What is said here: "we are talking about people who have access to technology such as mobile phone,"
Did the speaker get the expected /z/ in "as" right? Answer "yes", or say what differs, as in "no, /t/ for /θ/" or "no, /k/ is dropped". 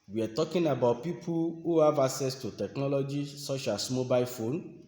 no, /s/ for /z/